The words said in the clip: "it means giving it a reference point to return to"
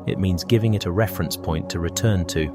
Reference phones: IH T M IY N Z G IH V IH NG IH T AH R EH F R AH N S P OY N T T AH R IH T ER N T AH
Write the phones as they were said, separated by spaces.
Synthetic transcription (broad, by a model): IH T M IY N Z G IH V IH NG IH T AH R EH F R AH N S P OY N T T AH R IH T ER N T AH